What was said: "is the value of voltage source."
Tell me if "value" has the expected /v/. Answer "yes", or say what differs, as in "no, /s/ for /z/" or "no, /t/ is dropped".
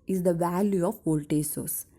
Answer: yes